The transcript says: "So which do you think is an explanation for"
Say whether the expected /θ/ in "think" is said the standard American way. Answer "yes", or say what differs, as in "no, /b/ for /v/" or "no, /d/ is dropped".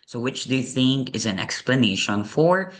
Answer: yes